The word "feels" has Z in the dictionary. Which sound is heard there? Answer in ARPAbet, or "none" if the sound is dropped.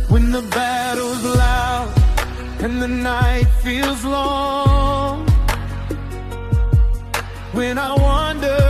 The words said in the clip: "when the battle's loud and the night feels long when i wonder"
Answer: Z